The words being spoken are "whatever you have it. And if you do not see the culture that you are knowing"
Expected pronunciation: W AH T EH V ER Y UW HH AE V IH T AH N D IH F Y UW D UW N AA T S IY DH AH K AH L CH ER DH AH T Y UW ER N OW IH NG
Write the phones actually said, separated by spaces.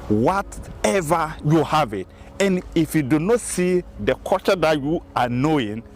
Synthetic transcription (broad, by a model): W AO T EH V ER Y UW HH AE V IH T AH N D IH F Y UW D UW N AA T S IY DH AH K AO CH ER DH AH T Y UW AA N OW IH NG